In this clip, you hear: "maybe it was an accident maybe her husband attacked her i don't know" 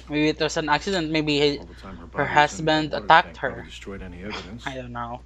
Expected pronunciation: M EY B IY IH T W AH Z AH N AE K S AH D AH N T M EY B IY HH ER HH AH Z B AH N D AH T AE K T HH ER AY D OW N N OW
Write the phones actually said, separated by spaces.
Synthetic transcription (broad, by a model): M EY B IY IH T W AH S AH N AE K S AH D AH N T M EY B IY HH ER HH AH S B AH N D AH T AE K T HH ER AY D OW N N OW